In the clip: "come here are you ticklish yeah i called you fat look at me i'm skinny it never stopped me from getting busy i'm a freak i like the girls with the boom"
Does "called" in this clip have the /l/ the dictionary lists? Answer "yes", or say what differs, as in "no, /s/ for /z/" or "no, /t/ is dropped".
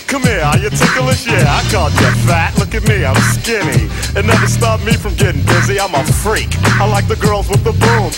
no, /l/ is dropped